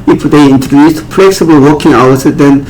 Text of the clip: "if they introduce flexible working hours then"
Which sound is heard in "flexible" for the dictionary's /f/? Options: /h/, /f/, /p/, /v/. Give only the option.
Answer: /p/